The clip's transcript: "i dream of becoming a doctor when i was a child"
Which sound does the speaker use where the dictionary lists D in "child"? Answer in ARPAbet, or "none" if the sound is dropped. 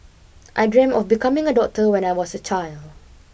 D